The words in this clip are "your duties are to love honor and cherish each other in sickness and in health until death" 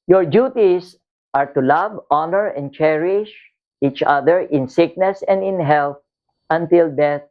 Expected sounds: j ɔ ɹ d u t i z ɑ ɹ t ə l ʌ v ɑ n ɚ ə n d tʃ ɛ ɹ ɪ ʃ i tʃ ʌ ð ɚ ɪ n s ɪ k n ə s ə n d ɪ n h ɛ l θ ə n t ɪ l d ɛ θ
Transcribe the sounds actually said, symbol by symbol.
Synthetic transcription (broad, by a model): j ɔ ɹ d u t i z ɑ ɹ t ə l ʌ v ɑ n ɚ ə n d tʃ ɛ ɹ ɪ ʃ i tʃ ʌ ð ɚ ɪ n s ɪ k n ə s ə n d ɪ n h ɛ l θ ə n t ɪ l d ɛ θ